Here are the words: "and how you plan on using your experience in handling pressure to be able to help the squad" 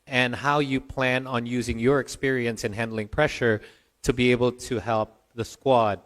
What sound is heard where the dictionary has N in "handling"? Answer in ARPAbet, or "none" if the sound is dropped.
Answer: N